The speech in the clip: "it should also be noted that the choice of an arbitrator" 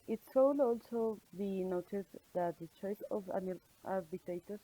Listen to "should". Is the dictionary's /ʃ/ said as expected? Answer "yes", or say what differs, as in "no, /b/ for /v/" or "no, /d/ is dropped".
no, /s/ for /ʃ/